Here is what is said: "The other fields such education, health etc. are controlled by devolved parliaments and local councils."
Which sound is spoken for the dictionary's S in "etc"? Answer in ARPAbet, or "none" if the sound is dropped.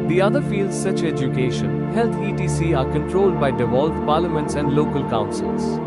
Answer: none